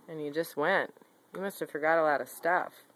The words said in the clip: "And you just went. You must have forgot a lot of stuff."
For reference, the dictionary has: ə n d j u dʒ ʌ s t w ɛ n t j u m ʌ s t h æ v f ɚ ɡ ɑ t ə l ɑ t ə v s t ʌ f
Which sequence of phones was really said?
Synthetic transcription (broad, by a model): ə n j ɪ dʒ ʌ s t w ɛ n t j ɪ m ʌ s t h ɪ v f ɚ ɡ ɑ t ə l ɑ t ə v s t ʌ f